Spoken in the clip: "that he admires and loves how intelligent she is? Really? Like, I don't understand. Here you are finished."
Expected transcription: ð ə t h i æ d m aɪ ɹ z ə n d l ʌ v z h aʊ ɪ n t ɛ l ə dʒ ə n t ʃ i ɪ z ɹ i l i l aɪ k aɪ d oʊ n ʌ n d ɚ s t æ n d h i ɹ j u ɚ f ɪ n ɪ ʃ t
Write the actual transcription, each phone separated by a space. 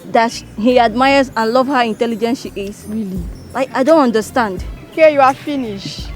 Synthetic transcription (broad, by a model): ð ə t h i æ d m aɪ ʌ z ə n l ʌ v h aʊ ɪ n t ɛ l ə dʒ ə n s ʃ i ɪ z ɹ i l i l aɪ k aɪ d oʊ n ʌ n d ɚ s t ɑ n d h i j u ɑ f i n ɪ ʃ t